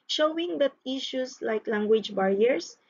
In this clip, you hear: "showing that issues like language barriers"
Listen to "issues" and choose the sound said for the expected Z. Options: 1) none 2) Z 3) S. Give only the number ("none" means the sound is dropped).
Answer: 3